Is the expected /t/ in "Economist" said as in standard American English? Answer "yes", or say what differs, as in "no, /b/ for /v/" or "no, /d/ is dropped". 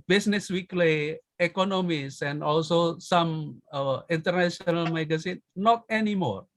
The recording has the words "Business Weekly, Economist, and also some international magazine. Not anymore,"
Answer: no, /t/ is dropped